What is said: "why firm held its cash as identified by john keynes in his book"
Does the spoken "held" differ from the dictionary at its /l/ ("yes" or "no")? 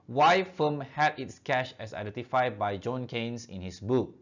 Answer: yes